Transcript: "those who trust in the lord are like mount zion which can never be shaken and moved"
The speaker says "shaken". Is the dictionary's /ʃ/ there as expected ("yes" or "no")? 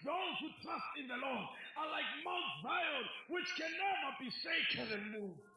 no